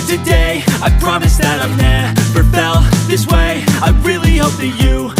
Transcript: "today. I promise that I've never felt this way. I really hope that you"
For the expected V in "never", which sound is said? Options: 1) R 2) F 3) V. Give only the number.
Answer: 2